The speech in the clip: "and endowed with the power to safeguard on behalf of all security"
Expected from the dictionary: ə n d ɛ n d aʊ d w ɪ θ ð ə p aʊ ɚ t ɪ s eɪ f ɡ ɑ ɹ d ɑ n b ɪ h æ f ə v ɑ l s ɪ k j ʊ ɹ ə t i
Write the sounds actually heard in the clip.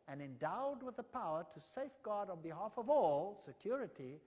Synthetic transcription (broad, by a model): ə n ɛ n d aʊ d w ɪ ð ə p aʊ ɚ t ɪ s eɪ f ɡ ɑ ɹ d n b ɪ h æ f ə v ɑ l s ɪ k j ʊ ɹ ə t i